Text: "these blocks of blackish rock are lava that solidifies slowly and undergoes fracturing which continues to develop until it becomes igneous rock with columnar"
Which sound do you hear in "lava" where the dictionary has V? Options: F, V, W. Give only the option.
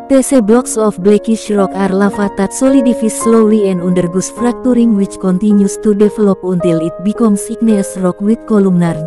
F